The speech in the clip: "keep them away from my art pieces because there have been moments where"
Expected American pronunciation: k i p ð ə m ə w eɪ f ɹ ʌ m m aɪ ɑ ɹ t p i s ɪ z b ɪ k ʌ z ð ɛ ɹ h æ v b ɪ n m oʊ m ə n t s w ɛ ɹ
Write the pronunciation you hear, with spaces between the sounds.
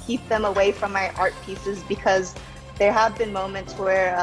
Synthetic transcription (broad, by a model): k i p ð ə m ə w eɪ f ɹ ʌ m m aɪ ɑ ɹ t p i s ɪ z b ɪ k ʌ z ð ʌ ɹ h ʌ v b ɪ n m oʊ m ə n t s w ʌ ɹ